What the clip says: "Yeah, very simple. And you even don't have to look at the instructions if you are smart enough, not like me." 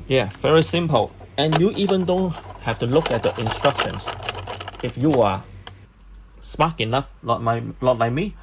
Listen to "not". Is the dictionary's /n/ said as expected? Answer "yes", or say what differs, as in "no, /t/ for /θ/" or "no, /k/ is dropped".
no, /l/ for /n/